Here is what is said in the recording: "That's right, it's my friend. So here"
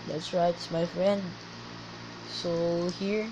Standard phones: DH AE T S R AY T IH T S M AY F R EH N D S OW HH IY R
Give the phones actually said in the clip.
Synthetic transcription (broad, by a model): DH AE T S R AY IH T S M AY F R EH N D S OW HH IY R